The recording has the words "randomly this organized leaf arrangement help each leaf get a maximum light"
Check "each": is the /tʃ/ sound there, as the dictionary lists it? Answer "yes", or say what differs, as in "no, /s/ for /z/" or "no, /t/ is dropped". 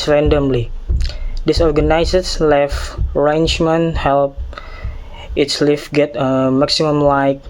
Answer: no, /s/ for /tʃ/